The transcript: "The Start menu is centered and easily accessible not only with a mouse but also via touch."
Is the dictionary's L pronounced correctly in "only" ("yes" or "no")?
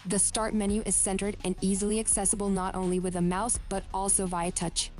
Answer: yes